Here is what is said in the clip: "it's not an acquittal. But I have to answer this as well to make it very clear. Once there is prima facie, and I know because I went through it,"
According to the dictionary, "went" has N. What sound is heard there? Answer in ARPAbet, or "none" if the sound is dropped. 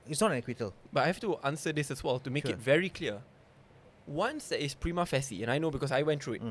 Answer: N